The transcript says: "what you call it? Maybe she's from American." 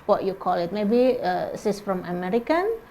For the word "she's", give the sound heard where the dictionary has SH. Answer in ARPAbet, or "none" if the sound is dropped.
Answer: S